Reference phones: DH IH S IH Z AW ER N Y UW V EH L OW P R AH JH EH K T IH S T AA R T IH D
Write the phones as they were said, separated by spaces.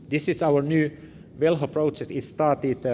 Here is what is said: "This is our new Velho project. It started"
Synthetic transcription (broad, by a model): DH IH S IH S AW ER N Y UW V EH L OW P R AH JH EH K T IH S T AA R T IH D